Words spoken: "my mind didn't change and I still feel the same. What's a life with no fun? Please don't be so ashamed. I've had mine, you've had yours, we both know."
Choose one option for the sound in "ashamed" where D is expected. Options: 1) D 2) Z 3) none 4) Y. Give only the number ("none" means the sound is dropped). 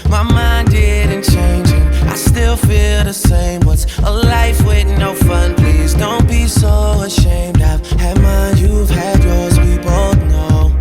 1